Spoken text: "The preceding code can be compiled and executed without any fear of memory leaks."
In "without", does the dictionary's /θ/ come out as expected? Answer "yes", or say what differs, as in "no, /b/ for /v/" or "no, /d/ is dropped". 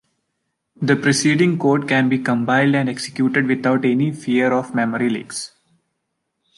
no, /t/ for /θ/